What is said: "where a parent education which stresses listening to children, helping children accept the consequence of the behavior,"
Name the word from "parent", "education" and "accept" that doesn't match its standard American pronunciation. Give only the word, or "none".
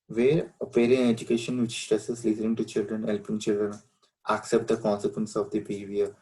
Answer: parent